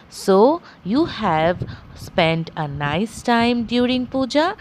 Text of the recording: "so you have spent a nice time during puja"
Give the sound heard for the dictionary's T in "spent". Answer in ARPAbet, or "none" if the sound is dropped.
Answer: T